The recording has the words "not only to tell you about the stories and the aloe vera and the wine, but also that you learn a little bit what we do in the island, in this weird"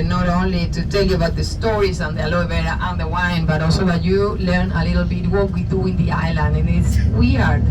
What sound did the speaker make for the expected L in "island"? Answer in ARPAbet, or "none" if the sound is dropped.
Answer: L